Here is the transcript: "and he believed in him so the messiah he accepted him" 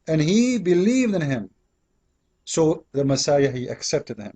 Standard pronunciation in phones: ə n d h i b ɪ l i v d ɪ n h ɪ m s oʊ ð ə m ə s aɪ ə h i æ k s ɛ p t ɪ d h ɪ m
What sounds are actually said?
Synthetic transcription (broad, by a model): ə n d h i b ɪ l i v d ɪ n h ɪ m s oʊ ð ə m ə s aɪ ə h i æ k s ɛ p t ɪ d h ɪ m